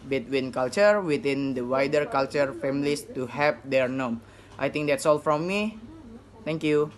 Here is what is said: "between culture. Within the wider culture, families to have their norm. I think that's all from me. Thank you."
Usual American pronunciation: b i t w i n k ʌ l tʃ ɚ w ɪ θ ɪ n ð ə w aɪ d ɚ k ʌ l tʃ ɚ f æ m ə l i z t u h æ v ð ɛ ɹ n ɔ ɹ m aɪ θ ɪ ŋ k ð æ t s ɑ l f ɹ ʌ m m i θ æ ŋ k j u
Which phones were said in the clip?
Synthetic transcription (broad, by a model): b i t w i n k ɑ l tʃ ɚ w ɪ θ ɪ n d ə w aɪ d ɚ k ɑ l tʃ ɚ f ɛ m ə l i s t u h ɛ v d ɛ ɹ n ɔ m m aɪ t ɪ ŋ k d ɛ t s ɑ l f ɹ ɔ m m i t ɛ ŋ k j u